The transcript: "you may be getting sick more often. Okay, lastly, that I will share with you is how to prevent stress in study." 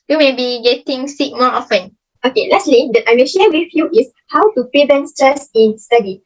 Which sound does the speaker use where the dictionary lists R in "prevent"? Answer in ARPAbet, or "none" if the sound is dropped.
none